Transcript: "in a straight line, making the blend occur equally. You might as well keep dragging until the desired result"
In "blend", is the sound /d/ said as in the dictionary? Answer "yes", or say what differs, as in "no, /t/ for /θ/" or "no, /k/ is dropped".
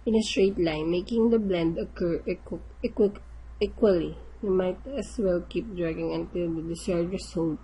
yes